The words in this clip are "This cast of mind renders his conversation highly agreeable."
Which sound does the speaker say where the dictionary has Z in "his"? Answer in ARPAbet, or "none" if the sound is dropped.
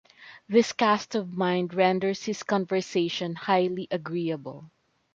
S